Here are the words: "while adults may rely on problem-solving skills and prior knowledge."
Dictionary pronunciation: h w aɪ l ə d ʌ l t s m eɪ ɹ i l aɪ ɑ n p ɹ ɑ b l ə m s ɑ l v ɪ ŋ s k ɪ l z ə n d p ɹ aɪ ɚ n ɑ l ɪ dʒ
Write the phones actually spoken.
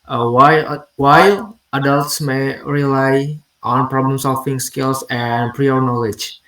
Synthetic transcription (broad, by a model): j w aɪ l ə d ʌ l t s m eɪ ɹ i l aɪ ɑ n p ɹ ɑ b l ə m s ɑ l f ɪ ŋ s k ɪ l s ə n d p ɹ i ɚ n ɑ l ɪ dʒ